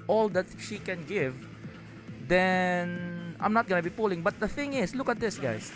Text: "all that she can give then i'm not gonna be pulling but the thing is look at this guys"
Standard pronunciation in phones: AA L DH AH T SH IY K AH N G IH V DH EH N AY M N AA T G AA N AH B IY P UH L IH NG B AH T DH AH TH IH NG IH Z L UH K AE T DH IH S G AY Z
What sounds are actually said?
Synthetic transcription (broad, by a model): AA L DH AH T SH IY K AH N G IH V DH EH N AY M N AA T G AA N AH B IY P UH L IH NG B AH T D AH TH IH NG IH S L UH K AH T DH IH S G AY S